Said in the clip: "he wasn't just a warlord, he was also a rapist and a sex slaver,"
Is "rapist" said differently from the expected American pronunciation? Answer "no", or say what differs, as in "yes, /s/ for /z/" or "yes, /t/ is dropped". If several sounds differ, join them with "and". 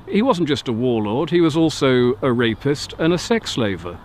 no